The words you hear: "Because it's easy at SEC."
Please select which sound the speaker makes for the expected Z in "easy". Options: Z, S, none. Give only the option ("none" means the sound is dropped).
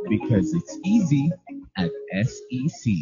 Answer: Z